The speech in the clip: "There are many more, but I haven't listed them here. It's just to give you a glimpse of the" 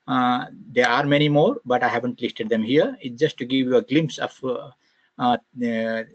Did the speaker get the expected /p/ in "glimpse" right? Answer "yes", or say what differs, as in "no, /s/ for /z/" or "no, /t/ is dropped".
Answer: yes